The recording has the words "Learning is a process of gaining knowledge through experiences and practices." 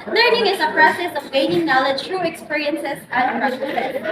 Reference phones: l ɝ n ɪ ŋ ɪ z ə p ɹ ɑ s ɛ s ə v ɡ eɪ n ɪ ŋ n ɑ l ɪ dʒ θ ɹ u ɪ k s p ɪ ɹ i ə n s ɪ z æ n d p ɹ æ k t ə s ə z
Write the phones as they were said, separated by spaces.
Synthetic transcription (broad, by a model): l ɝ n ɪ ŋ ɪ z ə p ɹ ɑ s ɛ s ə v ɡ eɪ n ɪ ŋ n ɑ l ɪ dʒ t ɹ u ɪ k s p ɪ ɹ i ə n s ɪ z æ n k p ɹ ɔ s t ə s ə